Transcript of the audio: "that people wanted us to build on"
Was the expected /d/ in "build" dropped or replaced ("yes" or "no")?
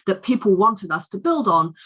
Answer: no